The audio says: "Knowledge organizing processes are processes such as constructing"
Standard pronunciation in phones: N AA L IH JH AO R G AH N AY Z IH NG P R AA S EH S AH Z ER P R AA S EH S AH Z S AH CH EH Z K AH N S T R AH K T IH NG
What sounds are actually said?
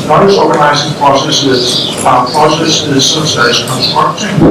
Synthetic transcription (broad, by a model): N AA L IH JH AO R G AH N AY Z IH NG P R AA S EH S AH Z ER P R AA S EH S AH Z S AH S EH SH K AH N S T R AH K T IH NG